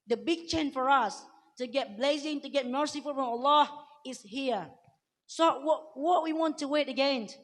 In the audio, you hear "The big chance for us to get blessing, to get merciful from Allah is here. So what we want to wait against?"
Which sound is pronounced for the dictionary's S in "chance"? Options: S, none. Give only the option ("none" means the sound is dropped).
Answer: none